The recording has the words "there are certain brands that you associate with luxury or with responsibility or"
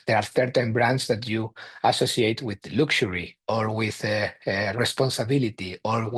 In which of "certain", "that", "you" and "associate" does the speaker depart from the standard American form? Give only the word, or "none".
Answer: certain